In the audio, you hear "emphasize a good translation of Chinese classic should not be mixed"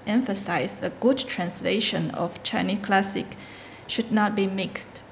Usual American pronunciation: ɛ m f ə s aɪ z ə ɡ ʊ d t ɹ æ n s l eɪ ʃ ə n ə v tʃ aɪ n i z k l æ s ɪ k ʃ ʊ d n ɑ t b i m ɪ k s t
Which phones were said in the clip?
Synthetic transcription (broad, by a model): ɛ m f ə s aɪ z ə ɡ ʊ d t ɹ æ n s l eɪ ʃ ə n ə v tʃ aɪ n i k l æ s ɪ k ʃ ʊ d n ɑ t b i m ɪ k s t